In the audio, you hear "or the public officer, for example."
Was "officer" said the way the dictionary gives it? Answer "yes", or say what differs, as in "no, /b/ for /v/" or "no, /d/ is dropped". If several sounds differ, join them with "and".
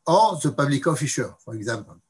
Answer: no, /ʃ/ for /s/